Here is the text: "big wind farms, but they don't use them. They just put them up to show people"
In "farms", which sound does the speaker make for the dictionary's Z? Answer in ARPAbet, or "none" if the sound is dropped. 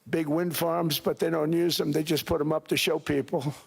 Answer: Z